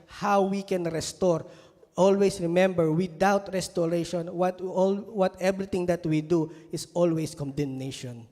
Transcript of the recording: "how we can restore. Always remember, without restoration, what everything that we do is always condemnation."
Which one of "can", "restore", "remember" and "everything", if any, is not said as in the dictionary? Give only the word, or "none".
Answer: everything